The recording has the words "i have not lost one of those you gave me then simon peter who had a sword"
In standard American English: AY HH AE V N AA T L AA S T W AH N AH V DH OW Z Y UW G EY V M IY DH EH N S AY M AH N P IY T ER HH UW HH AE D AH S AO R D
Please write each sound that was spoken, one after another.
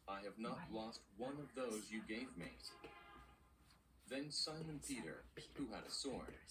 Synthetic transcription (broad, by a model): AY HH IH V N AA T L AA S T W AH N AH V DH OW Z Y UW G EY V M IY DH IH N S AY M AH N P IY T ER HH UW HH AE D AH S AO R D